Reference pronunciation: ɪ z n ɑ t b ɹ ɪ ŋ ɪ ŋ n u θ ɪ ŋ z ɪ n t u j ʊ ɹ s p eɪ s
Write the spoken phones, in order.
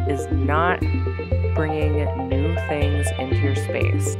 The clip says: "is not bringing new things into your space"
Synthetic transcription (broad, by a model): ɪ z n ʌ t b ɹ ɪ ŋ ɪ ŋ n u θ ɪ ŋ z ɪ n t u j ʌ ɹ s p eɪ s